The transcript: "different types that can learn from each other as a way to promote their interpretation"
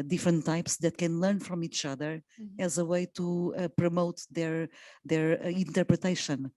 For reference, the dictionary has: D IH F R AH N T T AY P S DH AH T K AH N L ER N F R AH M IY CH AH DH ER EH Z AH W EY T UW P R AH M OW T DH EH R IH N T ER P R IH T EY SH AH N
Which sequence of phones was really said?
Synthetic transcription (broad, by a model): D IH F R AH N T T AY P S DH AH T K AH N L ER N F R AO M IY CH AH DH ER EH Z AH W EY T UW P R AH M OW T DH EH R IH N T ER P R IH T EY SH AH N